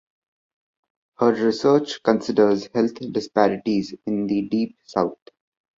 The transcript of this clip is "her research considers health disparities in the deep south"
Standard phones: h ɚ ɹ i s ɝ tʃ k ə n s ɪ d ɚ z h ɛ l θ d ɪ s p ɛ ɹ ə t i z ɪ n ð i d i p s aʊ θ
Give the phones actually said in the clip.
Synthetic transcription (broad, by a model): h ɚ ɹ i s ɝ tʃ k ə n s ɪ d ɚ z h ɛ l t d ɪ s p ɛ ɹ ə t i z ɪ n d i d i p s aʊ t